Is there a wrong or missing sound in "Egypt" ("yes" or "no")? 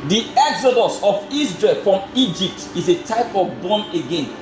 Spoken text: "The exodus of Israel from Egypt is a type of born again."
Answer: no